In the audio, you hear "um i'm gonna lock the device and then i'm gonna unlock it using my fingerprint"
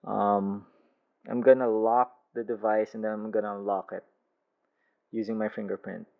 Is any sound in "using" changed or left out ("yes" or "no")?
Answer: no